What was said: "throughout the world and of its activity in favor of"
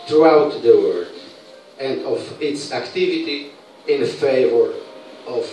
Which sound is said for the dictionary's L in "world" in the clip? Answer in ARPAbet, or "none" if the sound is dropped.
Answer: none